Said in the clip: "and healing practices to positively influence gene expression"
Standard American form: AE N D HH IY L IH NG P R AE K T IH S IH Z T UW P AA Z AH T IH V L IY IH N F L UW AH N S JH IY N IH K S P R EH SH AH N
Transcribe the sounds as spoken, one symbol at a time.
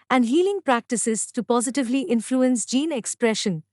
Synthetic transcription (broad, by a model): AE N D HH IY L IH NG P R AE K T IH S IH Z T UW P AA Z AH T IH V L IY IH N F L UW AH N S JH IY N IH K S P R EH SH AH N